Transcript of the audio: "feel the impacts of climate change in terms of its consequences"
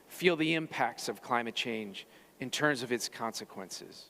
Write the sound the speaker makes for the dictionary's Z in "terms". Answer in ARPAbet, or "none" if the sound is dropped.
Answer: Z